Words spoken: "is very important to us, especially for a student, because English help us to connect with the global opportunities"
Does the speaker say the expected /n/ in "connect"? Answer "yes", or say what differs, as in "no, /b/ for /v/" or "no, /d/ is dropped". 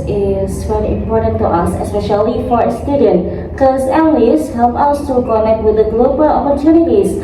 yes